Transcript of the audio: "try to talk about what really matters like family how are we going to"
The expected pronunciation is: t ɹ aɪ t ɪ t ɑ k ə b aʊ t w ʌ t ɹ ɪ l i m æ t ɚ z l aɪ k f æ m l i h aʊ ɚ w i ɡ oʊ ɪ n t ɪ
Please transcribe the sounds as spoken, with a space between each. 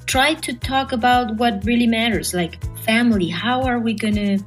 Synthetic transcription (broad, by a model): t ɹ aɪ t ɪ t ɑ k ə b aʊ t w ʌ t ɹ ɪ l i m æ t ɚ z l aɪ k f æ m l i h aʊ ɚ w i ɡ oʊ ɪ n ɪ